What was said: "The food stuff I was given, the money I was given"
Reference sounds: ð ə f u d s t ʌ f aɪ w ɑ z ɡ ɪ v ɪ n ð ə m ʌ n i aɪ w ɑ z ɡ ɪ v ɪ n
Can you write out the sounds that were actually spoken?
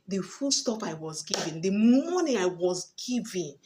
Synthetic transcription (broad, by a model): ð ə f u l s t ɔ p aɪ w ɑ z ɡ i v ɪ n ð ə m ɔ n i aɪ w ɑ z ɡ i v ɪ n